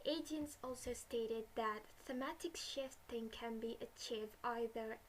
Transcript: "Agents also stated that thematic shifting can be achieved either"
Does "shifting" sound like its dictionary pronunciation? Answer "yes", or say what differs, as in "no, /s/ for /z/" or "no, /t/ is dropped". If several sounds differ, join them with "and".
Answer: yes